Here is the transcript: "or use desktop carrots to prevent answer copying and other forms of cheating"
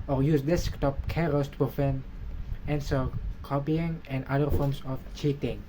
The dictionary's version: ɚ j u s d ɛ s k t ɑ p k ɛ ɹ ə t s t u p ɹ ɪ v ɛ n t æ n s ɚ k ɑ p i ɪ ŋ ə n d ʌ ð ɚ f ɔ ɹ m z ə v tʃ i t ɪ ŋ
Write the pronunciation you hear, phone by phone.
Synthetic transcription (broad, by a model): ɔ j u s d ɛ s k t ɑ p k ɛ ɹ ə s t u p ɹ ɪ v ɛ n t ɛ n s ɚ k ɑ p i ɪ ŋ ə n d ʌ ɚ f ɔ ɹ m s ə f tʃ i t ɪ ŋ